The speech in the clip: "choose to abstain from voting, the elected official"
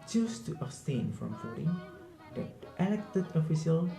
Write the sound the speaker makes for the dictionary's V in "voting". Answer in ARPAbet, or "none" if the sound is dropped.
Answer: F